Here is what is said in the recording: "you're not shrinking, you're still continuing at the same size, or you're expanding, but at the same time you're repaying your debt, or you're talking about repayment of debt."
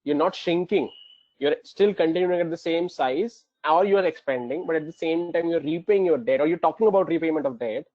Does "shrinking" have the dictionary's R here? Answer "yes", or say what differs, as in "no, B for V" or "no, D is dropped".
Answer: no, R is dropped